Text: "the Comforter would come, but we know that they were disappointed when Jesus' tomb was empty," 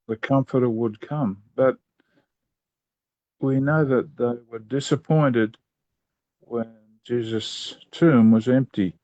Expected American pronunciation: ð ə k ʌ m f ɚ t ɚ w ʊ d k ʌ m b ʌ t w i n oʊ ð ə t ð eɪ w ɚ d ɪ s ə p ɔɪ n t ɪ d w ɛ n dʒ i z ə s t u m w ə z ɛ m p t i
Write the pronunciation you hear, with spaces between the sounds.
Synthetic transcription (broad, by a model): ð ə k ʌ m f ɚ t ɚ w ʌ d k ʌ m b ʌ t w i n oʊ ð ə t ð eɪ w ɚ d ɪ s ə p ɔɪ n t ɪ d w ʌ n dʒ i z ə s t u m w ə z ɛ m p t i